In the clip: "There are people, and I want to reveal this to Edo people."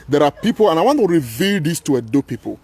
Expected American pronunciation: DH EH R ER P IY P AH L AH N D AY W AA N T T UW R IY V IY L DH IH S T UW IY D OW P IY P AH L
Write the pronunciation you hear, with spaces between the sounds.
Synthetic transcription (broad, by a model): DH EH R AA P IY P AH L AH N AY W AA N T T UW R IY V IY L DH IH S T UW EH D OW P IY P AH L